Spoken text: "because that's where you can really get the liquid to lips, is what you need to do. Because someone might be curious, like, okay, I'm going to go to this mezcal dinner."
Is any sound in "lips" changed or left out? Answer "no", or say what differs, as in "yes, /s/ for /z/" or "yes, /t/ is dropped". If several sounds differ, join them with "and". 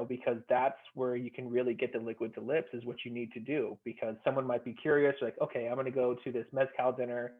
no